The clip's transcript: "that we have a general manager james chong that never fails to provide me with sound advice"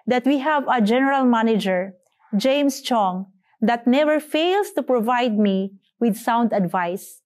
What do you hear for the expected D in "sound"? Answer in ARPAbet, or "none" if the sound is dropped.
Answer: D